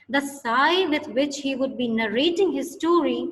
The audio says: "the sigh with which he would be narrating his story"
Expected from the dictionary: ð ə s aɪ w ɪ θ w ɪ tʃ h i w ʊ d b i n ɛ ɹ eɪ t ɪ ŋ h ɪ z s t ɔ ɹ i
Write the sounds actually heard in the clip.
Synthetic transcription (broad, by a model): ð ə s aɪ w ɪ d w ɪ tʃ h i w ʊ d b i n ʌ ɹ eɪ t ɪ ŋ h ɪ z s t ɔ ɹ i